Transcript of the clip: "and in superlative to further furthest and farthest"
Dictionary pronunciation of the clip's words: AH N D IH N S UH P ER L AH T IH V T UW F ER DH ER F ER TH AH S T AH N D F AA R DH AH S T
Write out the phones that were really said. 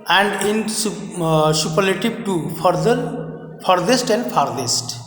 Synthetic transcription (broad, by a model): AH N D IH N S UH P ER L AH T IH B T UW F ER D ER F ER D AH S T AH N D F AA R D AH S T